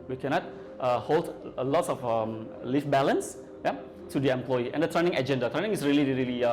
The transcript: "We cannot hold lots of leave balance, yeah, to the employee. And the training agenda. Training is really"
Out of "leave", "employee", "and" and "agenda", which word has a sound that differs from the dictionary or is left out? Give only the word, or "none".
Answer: leave